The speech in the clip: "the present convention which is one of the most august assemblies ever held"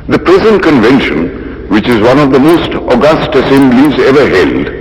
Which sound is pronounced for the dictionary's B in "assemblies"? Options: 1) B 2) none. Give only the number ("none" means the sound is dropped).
2